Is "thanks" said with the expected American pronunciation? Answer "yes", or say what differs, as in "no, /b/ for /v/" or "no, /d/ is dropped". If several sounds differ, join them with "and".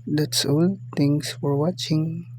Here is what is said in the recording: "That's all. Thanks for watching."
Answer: no, /k/ is dropped